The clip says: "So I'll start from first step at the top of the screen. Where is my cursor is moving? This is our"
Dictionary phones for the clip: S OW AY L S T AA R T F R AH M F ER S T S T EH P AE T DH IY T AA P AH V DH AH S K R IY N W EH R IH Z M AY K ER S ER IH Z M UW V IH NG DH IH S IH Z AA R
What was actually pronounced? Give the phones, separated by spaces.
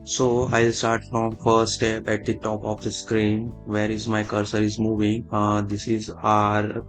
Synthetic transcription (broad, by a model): S OW AY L S T AA R T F R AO M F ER T S T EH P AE T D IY T AA P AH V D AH S K R IY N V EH R IH Z M AY K ER S ER IH Z M UW V IH NG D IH S IH Z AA R